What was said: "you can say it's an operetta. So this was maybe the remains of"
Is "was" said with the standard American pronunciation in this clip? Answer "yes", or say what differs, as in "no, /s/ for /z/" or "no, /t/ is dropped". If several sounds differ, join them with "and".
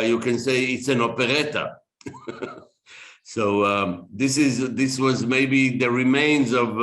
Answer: yes